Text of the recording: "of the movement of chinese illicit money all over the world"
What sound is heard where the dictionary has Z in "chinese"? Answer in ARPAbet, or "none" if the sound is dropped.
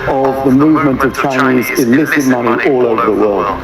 Z